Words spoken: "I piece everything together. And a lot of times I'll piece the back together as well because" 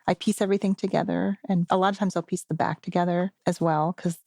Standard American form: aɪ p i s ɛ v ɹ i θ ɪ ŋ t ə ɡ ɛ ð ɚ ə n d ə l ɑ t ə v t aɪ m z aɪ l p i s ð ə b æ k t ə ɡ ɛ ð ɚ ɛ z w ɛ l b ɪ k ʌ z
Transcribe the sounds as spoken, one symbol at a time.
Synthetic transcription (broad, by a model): aɪ p i s ɛ v ɹ i θ ɪ ŋ t ə ɡ ɛ ð ɚ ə n ə l ɑ t ə v t aɪ m z aɪ l p i s ð ə b æ k t ə ɡ ɛ ð ɚ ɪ z w ɛ l k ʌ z